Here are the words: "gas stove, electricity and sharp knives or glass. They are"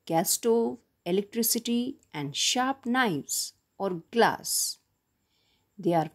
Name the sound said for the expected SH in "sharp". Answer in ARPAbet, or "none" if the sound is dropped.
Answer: SH